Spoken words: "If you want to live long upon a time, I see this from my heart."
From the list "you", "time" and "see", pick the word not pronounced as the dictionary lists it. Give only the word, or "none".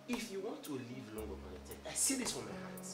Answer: time